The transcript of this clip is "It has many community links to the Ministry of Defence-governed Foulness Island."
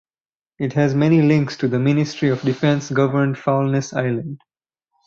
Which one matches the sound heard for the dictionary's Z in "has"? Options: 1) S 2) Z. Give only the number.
2